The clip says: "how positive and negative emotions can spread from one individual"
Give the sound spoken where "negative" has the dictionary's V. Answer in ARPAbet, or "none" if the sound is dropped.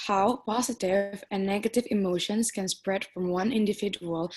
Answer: V